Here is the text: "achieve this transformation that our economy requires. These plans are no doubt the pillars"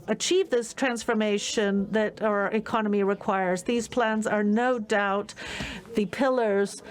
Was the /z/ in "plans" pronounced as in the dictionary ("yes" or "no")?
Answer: yes